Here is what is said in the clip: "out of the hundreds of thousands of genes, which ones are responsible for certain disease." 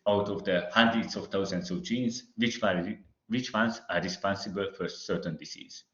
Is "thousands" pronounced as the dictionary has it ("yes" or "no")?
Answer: no